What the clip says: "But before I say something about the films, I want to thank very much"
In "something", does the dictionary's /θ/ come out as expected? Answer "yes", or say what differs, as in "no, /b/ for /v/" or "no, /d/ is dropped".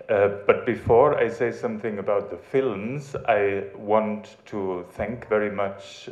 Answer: yes